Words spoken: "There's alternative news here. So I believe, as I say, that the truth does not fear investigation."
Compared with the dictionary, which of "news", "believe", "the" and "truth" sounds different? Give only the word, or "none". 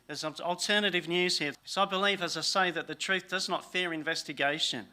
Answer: none